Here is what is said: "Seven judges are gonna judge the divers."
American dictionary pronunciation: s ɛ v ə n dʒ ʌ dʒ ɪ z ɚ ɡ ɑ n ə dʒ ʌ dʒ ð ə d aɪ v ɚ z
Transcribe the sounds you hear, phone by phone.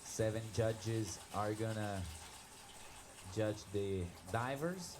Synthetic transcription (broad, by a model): s ɛ v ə n dʒ ʌ dʒ ɪ z ɚ ɡ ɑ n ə dʒ ʌ dʒ ð ə d aɪ v ɚ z